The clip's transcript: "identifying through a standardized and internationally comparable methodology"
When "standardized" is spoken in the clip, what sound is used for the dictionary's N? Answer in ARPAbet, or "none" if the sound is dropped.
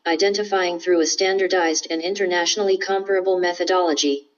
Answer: N